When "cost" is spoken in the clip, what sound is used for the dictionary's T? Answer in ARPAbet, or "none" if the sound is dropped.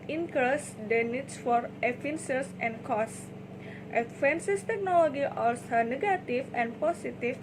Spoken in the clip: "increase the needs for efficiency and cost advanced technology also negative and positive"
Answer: T